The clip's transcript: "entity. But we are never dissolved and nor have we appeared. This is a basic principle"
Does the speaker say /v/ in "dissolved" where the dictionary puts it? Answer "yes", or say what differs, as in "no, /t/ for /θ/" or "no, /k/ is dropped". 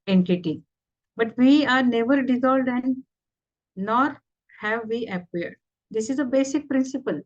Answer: no, /v/ is dropped